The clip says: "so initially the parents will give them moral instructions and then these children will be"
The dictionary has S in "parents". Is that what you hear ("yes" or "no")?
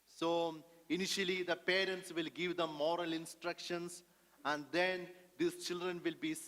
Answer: yes